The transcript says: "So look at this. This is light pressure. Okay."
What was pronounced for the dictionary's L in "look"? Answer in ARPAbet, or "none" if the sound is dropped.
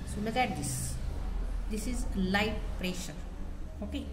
N